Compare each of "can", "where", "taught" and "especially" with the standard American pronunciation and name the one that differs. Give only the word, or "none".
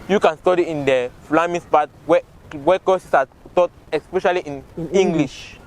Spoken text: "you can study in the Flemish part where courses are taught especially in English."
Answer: where